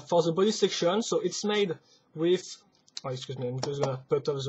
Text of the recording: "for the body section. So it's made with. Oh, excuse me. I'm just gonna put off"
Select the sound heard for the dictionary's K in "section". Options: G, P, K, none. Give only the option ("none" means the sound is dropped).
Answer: K